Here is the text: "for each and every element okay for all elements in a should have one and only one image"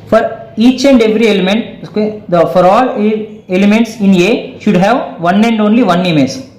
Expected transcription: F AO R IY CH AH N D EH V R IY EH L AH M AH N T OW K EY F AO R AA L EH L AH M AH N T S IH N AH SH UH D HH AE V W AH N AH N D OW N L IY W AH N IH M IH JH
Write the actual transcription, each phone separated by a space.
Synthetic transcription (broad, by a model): F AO R IY CH AH N D EH V R IY EH L AH M AH N T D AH F AO R AA L EH L AH M AH N T S IH N AH SH UH D HH AE V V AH N AH N D OW N L IY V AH N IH M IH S